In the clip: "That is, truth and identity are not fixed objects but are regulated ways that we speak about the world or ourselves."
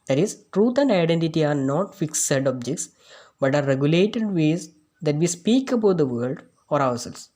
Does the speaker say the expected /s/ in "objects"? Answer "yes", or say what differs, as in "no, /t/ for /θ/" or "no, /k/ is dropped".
yes